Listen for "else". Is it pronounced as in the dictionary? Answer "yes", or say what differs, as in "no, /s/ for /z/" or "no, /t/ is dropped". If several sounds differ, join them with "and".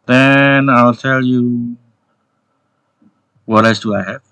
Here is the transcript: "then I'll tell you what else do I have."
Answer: no, /l/ is dropped